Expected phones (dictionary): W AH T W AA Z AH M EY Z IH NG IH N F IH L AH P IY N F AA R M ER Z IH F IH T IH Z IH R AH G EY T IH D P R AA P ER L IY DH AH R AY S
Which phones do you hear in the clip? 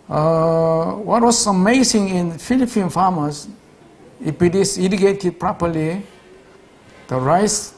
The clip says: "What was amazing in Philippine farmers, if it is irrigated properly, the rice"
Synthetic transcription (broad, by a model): W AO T W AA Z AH M EY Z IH NG IH N F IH L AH P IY N F AA M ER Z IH P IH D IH S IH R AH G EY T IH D P R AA P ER L IY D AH R AY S